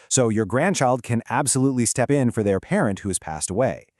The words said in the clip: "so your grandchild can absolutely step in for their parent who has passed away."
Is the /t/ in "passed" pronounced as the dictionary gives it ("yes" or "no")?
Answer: yes